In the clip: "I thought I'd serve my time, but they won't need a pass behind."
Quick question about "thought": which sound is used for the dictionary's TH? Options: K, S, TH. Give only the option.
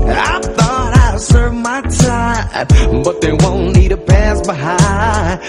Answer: TH